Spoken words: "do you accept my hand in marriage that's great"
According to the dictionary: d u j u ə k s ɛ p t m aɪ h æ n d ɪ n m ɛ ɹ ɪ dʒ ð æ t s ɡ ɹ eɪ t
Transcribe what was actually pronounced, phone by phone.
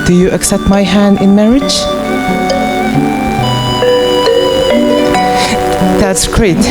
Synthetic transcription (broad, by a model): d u j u ə k s ɛ p t m aɪ h æ n d ɪ n m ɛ ɹ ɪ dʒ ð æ t s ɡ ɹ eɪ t